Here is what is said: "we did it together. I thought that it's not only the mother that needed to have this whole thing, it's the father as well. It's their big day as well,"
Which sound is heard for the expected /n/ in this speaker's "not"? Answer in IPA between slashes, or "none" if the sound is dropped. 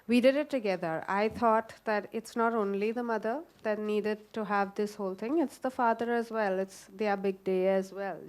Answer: /n/